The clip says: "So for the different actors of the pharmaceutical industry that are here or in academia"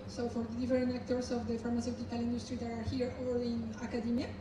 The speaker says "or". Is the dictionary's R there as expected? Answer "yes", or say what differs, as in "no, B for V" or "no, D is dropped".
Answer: no, L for R